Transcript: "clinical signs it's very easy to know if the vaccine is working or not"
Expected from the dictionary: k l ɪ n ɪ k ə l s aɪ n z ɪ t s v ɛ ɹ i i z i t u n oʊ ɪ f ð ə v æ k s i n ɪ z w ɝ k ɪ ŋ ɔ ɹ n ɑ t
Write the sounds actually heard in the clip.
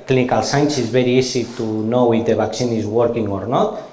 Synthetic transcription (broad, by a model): k l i n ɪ k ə l s aɪ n s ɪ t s b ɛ ɹ i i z i t u n oʊ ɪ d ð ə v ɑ k s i n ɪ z w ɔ k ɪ ŋ ɔ ɹ n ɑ t